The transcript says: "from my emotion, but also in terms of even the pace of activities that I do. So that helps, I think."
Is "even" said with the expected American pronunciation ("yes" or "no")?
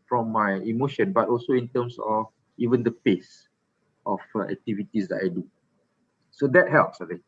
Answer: yes